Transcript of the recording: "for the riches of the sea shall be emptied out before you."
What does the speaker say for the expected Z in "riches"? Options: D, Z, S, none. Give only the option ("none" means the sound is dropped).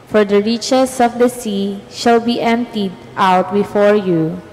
S